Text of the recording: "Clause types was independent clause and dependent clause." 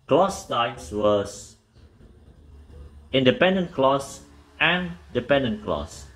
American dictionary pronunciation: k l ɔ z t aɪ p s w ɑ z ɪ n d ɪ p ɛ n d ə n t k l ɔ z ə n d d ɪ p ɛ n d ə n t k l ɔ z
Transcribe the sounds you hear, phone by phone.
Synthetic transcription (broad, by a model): k l ɔ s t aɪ s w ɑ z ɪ n d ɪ p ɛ n d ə n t k l ɔ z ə n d d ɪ p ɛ n d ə n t k l ɔ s